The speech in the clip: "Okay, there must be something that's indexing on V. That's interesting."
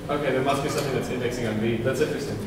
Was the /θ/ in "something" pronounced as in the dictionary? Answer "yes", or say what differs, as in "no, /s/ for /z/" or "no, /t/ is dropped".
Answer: yes